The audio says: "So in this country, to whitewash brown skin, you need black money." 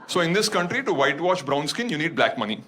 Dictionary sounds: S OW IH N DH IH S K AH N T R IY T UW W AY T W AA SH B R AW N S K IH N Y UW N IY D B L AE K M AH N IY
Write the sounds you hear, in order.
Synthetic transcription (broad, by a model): S OW IH N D IH S K AH N T R IY T UW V AY T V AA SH B R AW N S K IH N Y UW N IY D B L AE K M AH N IY